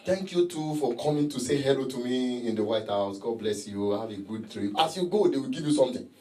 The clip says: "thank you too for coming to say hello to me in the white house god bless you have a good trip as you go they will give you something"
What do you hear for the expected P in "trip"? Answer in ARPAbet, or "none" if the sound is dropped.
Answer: none